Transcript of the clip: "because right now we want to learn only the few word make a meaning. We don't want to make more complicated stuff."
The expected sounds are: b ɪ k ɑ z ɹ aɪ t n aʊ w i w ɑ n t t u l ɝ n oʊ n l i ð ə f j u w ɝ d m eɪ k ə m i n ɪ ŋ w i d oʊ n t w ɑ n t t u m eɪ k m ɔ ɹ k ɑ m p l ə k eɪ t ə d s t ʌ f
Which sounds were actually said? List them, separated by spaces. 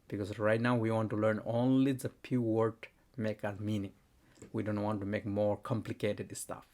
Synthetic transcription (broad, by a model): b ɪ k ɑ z ɹ aɪ t n aʊ w i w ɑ n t t u l ɝ n oʊ n l i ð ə p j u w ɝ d m eɪ k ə m i n ɪ ŋ w i d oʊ n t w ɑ n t t u m eɪ k m ɔ ɹ k ɑ m p l ə k eɪ t ə d s t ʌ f